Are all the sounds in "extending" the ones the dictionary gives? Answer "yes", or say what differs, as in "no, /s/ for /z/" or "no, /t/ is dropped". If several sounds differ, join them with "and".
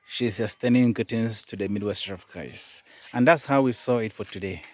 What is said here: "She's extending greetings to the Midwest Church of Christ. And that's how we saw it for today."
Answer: no, /k/ is dropped